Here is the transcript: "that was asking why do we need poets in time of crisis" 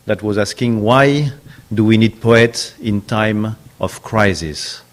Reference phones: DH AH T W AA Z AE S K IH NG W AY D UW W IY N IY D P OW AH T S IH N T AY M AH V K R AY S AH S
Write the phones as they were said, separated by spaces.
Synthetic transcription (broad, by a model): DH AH T W AA Z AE S K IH NG W AY D UW W IY N IY D P OW AH T S IH N T AY M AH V K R AY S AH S